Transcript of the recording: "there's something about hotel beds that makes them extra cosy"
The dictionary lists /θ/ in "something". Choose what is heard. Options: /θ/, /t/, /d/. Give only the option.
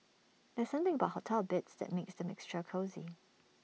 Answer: /θ/